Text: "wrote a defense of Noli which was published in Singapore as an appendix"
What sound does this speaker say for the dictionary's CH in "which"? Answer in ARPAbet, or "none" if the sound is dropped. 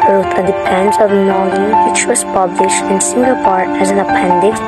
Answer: CH